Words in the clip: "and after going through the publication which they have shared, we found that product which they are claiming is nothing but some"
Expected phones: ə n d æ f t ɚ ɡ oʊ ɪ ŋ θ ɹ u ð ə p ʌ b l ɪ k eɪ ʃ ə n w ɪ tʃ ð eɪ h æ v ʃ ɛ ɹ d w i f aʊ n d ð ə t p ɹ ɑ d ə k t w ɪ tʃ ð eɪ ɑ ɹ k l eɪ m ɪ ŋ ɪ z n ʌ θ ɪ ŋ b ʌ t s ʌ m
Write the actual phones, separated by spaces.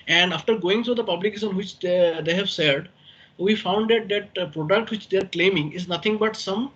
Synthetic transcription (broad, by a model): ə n d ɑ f t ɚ ɡ oʊ ɪ ŋ t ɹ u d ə p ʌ b l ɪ k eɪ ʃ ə n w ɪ tʃ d eɪ h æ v s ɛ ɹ d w i f aʊ n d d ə t p ɹ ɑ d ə k t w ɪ tʃ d eɪ ɑ ɹ k l eɪ m ɪ ŋ ɪ z n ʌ t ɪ ŋ b ʌ t s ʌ m